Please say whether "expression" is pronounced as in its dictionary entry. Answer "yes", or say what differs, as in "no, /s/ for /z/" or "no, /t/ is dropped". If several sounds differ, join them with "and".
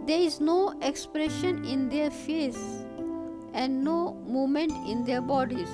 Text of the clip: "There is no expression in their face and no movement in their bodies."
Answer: yes